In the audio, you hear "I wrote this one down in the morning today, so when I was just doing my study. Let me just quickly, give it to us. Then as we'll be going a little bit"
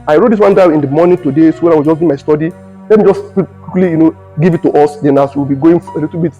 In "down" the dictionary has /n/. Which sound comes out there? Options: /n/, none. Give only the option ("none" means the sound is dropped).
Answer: none